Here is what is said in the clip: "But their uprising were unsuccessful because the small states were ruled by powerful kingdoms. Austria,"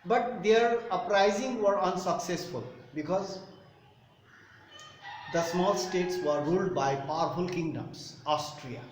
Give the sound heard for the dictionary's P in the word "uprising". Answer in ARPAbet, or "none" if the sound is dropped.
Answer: P